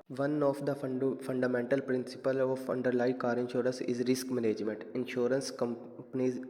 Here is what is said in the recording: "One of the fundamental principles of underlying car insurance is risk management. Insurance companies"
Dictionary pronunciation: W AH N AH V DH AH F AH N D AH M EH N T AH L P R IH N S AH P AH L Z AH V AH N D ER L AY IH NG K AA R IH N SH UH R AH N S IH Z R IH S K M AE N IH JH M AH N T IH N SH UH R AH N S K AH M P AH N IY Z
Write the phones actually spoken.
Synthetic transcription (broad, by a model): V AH N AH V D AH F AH N D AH M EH N T AH L P R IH N S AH P AH L AH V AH N D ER L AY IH K AA R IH N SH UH R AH N S IH Z R IH S K M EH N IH JH M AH N T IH N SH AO R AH N S K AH M P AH N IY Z